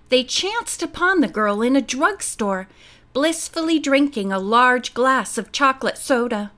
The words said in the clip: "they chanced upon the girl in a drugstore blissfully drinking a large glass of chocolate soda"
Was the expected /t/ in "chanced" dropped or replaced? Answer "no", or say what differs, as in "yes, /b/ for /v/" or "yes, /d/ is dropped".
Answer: no